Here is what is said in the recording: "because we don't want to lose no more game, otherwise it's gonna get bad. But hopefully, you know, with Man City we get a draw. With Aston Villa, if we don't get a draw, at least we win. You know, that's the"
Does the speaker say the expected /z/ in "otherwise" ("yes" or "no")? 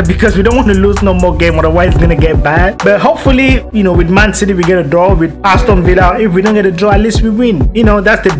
no